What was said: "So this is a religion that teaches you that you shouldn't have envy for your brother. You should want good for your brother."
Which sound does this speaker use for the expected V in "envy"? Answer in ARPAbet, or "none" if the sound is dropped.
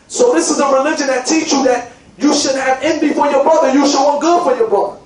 B